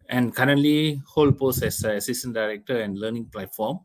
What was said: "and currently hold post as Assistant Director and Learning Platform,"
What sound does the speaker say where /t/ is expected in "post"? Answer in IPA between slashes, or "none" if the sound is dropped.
none